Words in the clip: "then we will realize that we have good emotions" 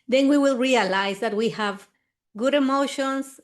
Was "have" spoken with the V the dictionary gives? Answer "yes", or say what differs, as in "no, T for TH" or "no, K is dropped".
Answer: yes